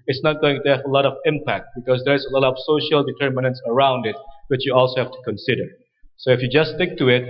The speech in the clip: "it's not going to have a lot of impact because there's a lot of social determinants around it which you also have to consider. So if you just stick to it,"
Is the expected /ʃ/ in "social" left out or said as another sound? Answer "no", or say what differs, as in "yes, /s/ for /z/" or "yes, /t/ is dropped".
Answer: no